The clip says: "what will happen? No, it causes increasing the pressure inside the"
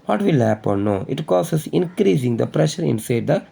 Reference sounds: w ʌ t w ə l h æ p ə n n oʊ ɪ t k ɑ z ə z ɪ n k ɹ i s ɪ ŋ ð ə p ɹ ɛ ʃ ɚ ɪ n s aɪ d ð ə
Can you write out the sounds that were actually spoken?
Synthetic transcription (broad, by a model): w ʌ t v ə l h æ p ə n n oʊ ɪ t k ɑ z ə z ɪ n k ɹ i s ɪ ŋ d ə p ɹ ɛ ʃ ɚ ɪ n s aɪ d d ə